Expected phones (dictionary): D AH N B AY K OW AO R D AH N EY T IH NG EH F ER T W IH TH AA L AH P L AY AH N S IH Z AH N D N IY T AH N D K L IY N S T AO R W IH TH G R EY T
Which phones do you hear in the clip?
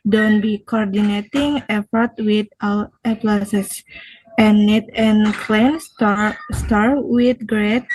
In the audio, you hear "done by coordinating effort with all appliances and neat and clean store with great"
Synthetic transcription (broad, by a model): D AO N B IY K OW AO R D AH N EY T IH NG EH F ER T W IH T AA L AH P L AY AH S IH S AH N N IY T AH N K L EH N S T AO R W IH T G R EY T